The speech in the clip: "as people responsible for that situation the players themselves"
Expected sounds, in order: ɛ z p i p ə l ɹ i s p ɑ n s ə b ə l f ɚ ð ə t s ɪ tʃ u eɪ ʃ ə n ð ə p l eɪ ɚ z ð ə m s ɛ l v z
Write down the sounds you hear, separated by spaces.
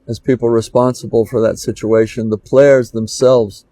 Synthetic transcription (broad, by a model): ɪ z p i p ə l ɹ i s p ɑ n s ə b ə l f ɚ ð ə t s ɪ tʃ u eɪ ʃ ə n ð ə p l eɪ ɚ z ð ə m s ɛ l v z